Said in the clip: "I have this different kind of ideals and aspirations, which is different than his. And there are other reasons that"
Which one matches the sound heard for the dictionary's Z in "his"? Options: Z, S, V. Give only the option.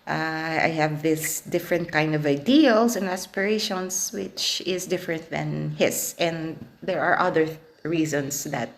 S